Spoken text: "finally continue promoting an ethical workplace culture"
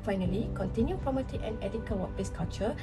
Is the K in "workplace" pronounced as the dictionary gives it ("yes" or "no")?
no